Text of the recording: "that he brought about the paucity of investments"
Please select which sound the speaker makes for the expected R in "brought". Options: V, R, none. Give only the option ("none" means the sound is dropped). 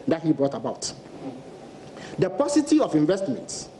R